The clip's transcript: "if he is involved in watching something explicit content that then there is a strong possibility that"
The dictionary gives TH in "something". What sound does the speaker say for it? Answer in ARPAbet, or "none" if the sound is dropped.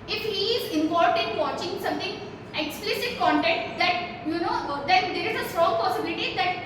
T